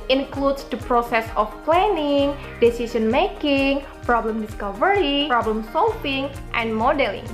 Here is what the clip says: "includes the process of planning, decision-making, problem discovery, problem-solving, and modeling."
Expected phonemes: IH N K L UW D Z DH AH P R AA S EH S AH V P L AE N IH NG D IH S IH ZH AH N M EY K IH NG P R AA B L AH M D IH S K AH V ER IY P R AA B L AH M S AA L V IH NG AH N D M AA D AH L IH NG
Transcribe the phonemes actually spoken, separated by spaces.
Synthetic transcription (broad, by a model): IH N K L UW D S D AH P R AA S EH S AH F P L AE N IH NG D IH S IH S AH N M EY K IH NG P R AA B L AH M D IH S K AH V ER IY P R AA B L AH M S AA L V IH NG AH N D M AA D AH L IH NG